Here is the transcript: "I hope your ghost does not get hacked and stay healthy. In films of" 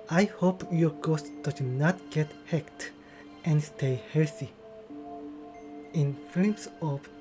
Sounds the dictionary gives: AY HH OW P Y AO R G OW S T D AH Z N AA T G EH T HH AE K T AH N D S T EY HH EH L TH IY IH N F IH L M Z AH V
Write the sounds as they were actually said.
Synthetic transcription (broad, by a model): AY HH OW P Y AO R G OW S T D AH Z N AA T G EH T HH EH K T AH N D S T EY HH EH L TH IY IH N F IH M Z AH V